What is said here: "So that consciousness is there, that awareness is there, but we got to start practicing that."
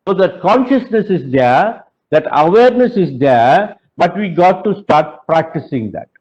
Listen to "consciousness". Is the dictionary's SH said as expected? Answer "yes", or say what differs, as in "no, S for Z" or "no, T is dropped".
yes